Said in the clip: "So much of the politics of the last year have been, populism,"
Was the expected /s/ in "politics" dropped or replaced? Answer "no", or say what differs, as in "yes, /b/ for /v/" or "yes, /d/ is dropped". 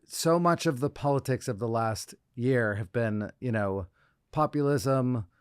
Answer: no